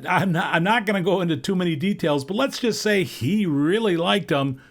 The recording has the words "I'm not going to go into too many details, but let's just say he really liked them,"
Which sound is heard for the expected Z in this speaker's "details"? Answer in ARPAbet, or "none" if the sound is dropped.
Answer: Z